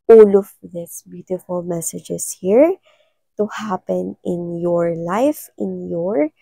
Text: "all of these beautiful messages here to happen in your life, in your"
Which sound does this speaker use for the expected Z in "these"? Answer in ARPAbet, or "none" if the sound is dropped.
S